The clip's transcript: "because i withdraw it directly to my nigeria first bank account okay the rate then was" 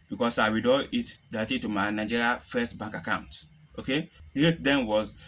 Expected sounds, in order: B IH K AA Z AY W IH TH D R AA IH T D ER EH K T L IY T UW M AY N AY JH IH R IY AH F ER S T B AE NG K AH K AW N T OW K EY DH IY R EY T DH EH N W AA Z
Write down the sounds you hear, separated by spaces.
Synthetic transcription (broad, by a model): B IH K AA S AY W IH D AA IH T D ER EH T IY T UW M AY N AY JH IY R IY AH F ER S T B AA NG K AH K AW N T OW K EY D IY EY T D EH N W AA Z